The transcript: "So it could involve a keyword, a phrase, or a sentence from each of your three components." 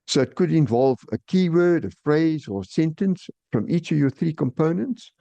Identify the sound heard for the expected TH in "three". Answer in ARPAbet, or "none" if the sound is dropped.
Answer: TH